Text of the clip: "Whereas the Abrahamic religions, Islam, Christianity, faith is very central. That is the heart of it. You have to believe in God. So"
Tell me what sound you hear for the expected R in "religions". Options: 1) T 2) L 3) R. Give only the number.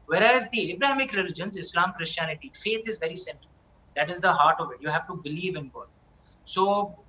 3